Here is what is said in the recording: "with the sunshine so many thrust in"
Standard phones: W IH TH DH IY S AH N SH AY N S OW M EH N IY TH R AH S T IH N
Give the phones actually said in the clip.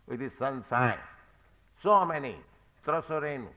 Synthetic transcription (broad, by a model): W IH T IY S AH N S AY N S OW M EH N IY T R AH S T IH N